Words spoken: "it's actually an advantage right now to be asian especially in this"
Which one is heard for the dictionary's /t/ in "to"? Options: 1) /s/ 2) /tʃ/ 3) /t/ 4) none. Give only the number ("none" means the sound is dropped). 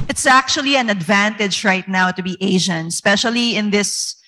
3